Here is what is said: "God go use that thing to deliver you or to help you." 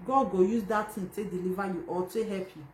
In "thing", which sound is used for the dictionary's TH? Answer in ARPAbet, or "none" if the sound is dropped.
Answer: T